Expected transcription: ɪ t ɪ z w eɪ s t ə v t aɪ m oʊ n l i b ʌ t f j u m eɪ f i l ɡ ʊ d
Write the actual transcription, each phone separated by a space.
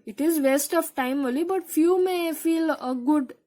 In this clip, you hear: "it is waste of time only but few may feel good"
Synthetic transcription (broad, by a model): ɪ t ɪ z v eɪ s t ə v t aɪ m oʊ l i b ʌ t f j u m eɪ f i l ɡ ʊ d